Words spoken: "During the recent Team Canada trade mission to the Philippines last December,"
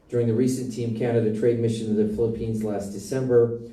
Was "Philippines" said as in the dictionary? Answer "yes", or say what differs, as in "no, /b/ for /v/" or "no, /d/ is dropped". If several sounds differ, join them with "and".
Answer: yes